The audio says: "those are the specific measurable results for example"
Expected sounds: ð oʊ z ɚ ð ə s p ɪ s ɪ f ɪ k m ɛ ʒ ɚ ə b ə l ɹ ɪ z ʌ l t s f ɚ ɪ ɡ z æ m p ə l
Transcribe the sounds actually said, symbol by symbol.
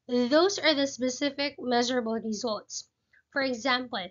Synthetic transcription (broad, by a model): ð oʊ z ɚ ð ə s p ɪ s ɪ f ɪ k m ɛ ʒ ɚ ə b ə l ɹ ɪ z ʌ l t s f ɚ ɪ ɡ z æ m p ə l